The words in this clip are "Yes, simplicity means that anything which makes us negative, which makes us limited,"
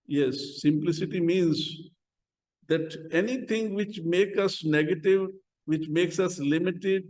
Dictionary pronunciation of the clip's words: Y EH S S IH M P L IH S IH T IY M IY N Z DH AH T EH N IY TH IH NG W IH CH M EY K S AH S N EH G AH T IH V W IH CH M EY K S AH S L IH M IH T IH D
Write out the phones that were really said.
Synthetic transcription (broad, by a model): Y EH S S IH M P L IH S IH T IY M IY N Z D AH T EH N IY T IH NG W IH CH M EY K AH S N EH G AH T IH V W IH CH M EY K S AH S L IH M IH T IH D